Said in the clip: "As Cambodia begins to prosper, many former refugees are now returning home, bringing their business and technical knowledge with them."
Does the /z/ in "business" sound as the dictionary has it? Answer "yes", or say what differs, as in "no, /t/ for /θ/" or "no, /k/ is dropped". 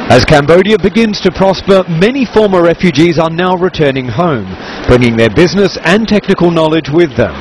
yes